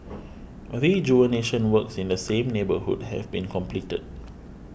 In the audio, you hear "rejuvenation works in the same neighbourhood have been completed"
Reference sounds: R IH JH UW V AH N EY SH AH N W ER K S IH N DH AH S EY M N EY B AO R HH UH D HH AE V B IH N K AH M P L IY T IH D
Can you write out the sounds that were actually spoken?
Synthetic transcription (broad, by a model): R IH JH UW AH N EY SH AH N W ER K S IH N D AH S EY M N EY B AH HH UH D HH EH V B IH N K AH M P L IY T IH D